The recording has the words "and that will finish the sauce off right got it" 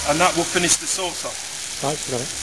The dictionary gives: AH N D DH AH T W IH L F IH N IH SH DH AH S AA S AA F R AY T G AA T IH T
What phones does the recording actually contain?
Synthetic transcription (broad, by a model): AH N DH AH T W IH L F IH N IH SH DH AH S AA S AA P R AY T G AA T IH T